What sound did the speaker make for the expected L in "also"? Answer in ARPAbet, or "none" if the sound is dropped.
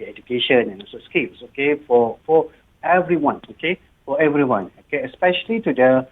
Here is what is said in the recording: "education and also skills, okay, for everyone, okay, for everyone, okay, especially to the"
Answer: none